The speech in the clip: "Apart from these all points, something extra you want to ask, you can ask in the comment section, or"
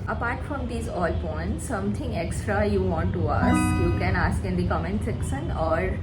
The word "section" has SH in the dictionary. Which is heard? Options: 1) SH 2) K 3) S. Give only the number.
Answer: 3